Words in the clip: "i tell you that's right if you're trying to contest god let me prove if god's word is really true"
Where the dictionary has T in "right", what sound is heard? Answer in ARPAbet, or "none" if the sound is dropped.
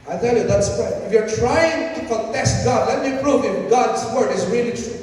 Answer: none